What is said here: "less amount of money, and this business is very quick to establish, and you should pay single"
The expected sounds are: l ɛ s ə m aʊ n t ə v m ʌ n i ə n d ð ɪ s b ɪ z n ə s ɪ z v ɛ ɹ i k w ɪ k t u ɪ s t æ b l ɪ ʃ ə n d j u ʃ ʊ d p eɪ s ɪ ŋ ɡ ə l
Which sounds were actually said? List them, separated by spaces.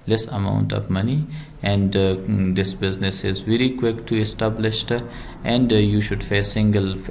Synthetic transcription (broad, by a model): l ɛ s ə m aʊ n t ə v m ʌ n i ə n d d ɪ s b ɪ z n ə s ɪ z v ɛ ɹ i k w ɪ k t u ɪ s t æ b l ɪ ʃ ə n d j u ʃ ʊ d f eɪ s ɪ ŋ ɡ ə l